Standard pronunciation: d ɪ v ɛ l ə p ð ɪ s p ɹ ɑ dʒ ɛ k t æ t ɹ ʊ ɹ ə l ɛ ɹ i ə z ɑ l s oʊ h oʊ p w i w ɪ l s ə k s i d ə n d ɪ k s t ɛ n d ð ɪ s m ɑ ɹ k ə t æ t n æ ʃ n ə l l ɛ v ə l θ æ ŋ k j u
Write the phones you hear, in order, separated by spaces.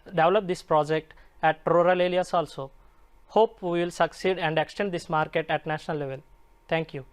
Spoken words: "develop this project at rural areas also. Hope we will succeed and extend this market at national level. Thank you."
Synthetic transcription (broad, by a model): d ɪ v l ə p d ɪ s p ɹ ɑ dʒ ɛ k t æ t ɹ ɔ ɹ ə l ɛ l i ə s ɑ l s oʊ h oʊ p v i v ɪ l s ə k s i d ə n d ɪ k s t ɛ n d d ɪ s m ɑ ɹ k ə t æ t n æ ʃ n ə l l ɛ v ə l t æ ŋ k j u